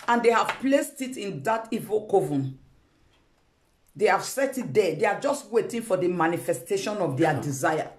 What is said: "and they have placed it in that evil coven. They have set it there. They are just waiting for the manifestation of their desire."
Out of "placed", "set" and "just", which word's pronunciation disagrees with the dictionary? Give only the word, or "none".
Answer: none